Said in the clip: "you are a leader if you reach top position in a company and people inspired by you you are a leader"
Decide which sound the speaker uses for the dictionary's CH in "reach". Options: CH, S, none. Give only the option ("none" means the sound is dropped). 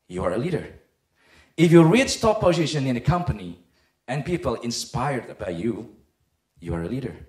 S